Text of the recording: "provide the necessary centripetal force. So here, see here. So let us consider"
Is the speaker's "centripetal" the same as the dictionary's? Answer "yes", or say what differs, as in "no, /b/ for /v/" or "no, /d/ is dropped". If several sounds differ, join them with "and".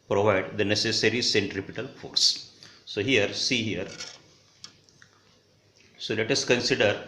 yes